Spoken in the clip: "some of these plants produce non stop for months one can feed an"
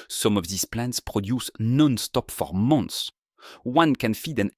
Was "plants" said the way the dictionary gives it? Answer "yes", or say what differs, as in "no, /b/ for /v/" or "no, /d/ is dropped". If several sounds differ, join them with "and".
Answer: yes